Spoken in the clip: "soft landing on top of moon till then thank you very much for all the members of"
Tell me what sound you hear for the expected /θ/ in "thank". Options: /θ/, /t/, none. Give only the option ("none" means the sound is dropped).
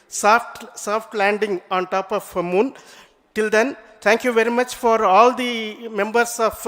/t/